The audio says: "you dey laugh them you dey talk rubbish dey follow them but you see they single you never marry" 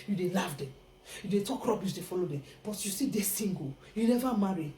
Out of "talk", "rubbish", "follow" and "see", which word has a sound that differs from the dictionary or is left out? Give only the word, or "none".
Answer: rubbish